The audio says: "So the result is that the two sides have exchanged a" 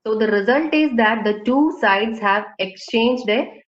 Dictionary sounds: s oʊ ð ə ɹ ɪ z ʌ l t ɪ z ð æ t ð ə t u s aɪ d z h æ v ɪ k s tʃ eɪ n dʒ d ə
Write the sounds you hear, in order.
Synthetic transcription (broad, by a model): s oʊ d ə ɹ ɪ z ʌ l t ɪ z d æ t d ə t u s aɪ d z h æ v ɪ k s tʃ eɪ n dʒ d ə